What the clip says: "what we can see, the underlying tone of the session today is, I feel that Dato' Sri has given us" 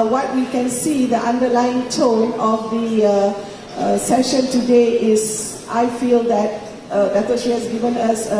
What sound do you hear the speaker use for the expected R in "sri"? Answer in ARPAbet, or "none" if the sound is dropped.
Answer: none